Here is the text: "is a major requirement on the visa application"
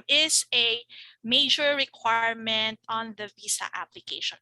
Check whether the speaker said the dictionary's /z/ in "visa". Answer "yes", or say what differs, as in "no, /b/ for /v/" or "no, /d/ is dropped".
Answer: no, /s/ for /z/